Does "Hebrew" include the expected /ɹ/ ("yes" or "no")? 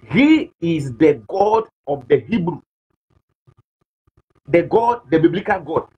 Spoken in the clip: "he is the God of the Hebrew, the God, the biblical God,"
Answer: yes